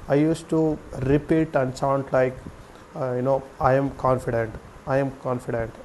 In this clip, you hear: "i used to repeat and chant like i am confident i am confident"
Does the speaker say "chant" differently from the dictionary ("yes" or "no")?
yes